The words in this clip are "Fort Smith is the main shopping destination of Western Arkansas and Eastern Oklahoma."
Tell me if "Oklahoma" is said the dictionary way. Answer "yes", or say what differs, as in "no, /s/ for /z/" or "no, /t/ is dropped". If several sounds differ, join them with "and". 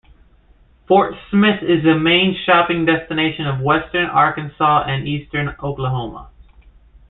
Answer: yes